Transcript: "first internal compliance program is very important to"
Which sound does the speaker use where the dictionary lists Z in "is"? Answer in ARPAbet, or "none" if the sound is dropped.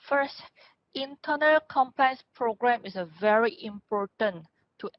S